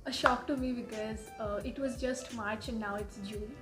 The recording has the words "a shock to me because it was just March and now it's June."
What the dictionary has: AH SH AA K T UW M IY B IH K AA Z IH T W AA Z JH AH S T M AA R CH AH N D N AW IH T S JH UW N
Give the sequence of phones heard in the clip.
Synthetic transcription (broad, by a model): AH SH AA K T UW M IY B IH K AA Z IH T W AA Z JH AH S T M AA R CH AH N N AW IH T S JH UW